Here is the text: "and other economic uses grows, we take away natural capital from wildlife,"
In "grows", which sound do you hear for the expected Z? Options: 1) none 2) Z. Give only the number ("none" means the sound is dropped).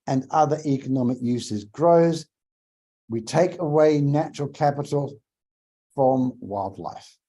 2